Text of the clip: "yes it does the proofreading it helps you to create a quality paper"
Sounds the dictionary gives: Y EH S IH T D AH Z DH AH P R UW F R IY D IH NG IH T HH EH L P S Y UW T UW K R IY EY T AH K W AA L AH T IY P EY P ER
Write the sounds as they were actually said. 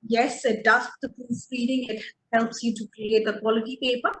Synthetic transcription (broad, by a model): Y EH S IH T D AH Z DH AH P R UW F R IY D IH NG IH T HH EH L P S Y UW T UW K R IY EY T AH K W AA L AH T IY P EY P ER